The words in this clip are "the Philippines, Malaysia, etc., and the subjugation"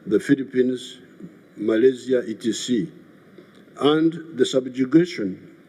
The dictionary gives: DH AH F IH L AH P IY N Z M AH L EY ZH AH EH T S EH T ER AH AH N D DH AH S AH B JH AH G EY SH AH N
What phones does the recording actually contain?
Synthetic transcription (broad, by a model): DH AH F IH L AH P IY N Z M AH L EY Z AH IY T IY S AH AH N D DH AH S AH B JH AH G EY SH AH N